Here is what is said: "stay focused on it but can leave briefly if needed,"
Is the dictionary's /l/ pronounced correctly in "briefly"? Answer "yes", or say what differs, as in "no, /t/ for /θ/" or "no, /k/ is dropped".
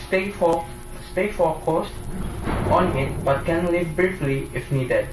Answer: yes